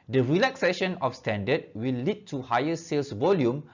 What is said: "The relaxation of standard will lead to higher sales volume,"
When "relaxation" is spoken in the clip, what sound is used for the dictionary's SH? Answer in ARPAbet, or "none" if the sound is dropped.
SH